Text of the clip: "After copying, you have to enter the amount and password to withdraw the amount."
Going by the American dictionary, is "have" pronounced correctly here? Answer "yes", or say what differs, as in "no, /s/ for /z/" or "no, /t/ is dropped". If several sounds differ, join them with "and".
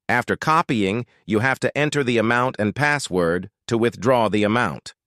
no, /f/ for /v/